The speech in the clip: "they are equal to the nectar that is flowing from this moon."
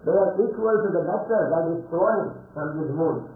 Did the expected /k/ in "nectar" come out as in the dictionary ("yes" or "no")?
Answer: no